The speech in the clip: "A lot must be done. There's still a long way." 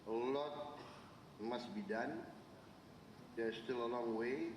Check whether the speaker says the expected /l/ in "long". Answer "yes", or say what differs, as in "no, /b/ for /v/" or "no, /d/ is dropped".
yes